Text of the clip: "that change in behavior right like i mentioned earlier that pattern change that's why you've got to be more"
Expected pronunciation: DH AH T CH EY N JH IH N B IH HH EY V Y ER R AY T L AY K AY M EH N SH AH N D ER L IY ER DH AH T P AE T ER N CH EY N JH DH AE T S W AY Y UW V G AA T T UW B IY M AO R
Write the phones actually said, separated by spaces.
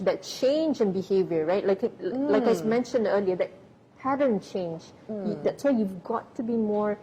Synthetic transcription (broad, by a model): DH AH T CH EY N JH IH N B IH HH EY V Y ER L AY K L AY K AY M EH N SH AH N D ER L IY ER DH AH T P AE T ER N CH EY N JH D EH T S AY Y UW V G AA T T UW B IY M AO R